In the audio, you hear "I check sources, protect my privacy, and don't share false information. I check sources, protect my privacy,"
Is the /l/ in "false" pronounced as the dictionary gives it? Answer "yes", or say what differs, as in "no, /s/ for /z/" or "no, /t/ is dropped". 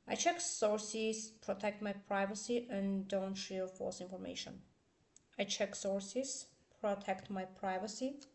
no, /l/ is dropped